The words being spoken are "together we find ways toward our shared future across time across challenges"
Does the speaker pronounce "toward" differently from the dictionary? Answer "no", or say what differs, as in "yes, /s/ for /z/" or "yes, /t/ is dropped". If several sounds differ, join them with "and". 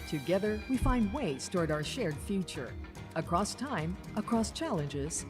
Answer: no